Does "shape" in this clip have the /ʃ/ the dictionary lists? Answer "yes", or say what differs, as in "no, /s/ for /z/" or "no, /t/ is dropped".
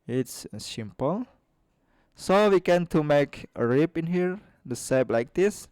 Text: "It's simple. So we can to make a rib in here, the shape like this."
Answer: no, /s/ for /ʃ/